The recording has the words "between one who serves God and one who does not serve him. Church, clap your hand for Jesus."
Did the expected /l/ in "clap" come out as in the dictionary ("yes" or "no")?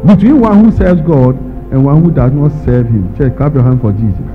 no